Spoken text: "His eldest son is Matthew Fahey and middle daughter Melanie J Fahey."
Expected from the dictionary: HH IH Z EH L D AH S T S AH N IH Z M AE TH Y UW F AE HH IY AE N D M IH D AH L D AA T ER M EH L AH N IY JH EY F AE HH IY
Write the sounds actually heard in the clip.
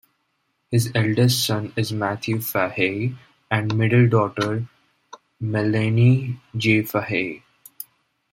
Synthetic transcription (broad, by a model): HH IH Z EH L D AH S T S AH N IH Z M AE T Y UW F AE HH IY AE N D M IH D AH L D AA T ER M EH L AH N IY JH EY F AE HH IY